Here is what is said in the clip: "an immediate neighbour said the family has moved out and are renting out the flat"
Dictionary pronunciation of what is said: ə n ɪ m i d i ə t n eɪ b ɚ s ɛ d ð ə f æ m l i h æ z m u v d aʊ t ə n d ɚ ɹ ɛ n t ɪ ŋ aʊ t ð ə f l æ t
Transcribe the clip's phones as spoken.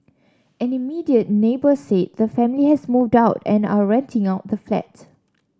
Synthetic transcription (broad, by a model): ə n ɪ m i d i ə t n eɪ b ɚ s ɛ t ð ə f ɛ m l i h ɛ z m u v d aʊ t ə n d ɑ ɹ ɛ n t ɪ ŋ aʊ t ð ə f l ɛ t